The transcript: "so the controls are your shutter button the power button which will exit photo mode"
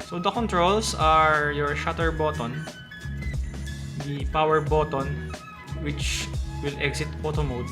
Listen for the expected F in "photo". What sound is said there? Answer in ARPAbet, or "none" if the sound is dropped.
P